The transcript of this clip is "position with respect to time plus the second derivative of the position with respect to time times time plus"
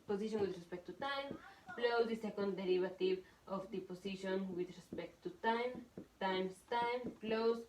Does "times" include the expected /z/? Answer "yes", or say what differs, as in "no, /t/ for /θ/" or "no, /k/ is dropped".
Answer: no, /s/ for /z/